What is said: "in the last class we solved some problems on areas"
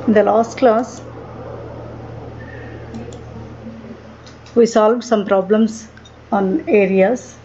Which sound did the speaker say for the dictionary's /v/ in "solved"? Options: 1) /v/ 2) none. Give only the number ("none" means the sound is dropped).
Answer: 1